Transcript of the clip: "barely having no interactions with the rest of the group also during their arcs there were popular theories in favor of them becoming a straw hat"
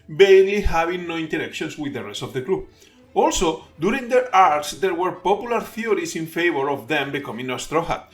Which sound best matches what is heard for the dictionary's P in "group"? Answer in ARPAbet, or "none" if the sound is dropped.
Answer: none